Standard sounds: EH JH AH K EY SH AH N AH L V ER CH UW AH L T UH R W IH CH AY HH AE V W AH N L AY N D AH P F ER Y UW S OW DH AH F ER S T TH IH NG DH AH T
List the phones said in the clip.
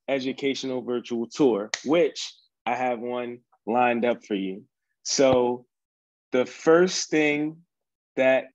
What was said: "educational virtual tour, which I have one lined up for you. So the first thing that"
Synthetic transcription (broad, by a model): EH JH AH K EY SH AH N L V ER CH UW L T UH R W IH CH AY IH V W AH N L AY N D AH P F ER Y UW S OW DH AH F ER S TH IH NG DH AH T